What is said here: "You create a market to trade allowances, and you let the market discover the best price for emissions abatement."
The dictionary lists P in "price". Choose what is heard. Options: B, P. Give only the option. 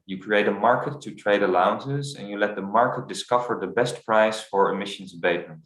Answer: P